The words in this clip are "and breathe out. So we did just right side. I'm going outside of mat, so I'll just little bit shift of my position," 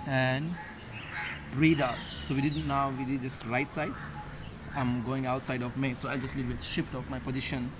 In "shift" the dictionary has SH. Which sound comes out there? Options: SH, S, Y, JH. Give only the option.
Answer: SH